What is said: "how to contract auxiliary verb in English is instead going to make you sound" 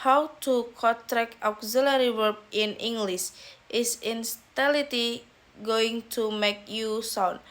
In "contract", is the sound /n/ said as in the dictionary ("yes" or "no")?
no